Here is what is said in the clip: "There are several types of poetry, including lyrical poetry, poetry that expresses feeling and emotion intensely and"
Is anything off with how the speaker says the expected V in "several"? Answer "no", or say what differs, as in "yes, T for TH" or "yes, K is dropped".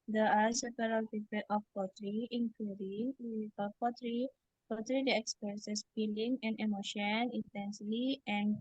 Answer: yes, P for V